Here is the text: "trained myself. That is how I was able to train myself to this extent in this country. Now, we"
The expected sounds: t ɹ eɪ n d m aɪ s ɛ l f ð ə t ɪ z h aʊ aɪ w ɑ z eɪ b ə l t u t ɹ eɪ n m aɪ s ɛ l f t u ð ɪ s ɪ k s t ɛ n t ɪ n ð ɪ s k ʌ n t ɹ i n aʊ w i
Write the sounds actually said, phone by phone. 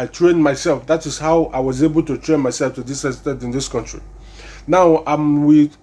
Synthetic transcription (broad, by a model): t ɹ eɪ n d m aɪ s ɛ l f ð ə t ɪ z h aʊ aɪ w ɑ z eɪ b ə l t u t ɹ eɪ n m aɪ s ɛ l f t u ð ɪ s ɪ s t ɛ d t ɪ n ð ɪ s k ʌ n t ɹ i n aʊ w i